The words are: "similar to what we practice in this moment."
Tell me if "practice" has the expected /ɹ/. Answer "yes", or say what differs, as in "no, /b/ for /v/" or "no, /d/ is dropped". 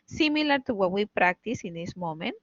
yes